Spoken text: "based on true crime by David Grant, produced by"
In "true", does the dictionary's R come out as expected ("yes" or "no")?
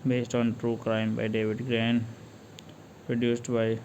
yes